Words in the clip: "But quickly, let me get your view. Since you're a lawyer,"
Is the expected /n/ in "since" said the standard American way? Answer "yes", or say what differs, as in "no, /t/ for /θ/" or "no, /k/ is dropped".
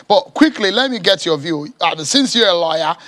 yes